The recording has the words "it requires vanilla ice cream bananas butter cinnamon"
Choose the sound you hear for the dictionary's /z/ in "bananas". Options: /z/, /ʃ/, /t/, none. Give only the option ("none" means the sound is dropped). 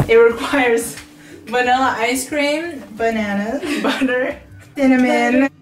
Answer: none